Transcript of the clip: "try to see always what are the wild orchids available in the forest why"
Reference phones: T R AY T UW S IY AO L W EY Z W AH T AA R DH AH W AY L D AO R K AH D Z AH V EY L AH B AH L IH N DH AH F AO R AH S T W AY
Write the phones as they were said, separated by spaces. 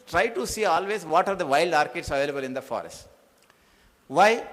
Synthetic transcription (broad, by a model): T R AY T UW S IY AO L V EY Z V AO T AA R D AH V AY L D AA R K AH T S AH V EY L AH B AH L IH N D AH F AO R AH S T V AY